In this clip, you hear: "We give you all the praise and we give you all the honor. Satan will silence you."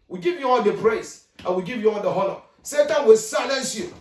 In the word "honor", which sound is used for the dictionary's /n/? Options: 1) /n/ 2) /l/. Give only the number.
2